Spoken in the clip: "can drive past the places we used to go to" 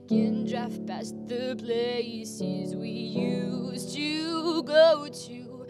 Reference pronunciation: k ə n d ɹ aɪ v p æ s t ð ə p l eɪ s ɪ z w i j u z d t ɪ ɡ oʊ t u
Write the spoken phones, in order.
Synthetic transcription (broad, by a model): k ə n d ɹ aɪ f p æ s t ð ə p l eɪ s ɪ z w i j u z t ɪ ɡ oʊ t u